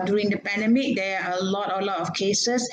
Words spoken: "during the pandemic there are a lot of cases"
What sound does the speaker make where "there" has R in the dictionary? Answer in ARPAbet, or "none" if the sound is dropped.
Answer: L